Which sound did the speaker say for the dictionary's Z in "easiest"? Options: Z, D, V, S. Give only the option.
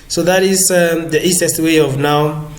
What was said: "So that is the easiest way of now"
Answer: S